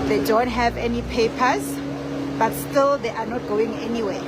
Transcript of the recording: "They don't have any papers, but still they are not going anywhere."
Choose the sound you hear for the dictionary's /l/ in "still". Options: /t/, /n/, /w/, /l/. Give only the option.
/l/